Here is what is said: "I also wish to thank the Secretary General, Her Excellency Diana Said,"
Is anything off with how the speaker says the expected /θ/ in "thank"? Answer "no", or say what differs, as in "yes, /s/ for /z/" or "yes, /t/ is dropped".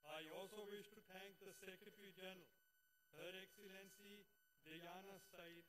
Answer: yes, /t/ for /θ/